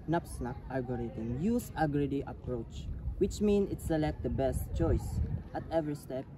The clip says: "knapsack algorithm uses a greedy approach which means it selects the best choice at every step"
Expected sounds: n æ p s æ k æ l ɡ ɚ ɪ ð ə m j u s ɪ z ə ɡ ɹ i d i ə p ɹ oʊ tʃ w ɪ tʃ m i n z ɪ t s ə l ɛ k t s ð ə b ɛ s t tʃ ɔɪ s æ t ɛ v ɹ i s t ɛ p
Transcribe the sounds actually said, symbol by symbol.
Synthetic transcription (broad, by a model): n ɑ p s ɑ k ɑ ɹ ɡ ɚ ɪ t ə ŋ j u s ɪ ɡ ɹ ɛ d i ə p ɹ oʊ tʃ w ɪ tʃ m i n ɪ t s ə l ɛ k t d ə b ɛ s t tʃ ɔɪ s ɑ t ɛ v ɹ i s t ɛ p